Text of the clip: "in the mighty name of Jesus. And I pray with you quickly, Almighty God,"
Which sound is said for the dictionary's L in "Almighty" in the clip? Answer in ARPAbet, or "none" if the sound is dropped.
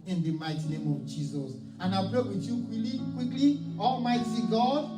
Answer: L